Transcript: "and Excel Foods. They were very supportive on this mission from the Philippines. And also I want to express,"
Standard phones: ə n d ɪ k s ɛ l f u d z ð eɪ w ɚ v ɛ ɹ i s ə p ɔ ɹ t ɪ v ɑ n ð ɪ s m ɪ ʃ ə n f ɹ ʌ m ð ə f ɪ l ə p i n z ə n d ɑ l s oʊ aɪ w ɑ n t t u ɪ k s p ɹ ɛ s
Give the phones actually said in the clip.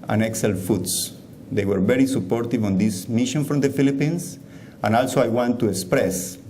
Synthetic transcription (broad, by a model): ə n ɪ k s ɛ l f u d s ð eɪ w ɚ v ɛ ɹ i s ə p ɔ ɹ t ɪ v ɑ n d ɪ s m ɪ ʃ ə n f ɹ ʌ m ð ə f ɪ l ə p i n s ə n ɑ l s oʊ aɪ w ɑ n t t u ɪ k s p ɹ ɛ s